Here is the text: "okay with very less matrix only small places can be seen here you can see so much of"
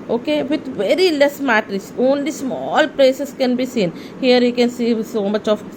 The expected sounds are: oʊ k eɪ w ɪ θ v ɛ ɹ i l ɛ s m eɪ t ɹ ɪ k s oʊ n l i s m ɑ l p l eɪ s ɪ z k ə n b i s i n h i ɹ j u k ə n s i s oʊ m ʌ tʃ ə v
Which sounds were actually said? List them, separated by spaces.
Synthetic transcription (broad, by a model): oʊ k eɪ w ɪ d v ɛ ɹ i l ɛ s m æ t ɹ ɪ s oʊ n l i s m ɑ l p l eɪ s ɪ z k ə n b i s i n h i ɹ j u k ə n s i s oʊ m ʌ tʃ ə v